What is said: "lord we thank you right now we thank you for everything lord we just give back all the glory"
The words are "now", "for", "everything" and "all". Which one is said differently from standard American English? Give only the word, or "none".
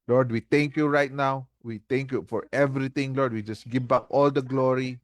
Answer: everything